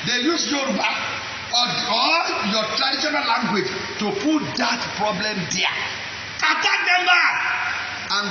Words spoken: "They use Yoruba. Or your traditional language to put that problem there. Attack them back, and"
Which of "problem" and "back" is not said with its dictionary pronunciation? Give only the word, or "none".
back